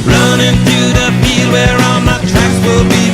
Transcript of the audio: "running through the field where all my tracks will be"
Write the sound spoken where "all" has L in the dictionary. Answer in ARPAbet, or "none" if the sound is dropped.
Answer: N